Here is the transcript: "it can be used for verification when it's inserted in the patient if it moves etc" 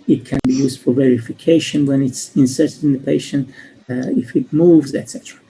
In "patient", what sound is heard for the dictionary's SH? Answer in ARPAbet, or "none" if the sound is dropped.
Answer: SH